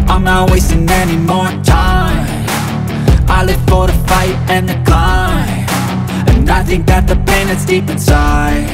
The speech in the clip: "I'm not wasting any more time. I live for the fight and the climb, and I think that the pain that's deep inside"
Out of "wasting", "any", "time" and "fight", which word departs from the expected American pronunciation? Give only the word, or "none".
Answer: time